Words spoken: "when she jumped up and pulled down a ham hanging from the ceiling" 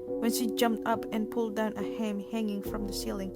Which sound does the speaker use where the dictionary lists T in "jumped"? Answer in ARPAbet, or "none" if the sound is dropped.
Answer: T